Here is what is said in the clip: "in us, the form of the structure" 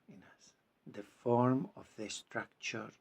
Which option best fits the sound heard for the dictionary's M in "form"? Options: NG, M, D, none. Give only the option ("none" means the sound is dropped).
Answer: M